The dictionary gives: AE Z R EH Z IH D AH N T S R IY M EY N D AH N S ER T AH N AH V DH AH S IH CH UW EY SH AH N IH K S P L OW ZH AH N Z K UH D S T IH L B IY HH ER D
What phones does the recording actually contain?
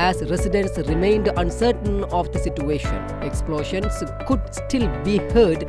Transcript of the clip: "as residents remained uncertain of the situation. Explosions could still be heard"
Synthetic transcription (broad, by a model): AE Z R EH S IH D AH N S R IY M EY N D AH N S ER T AH N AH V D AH S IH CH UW EY SH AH N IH K S P L OW SH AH N S K UH D S T IH L B IY HH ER D